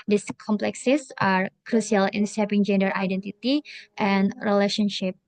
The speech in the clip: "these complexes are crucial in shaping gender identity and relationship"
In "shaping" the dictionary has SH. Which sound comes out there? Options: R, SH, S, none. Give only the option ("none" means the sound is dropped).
S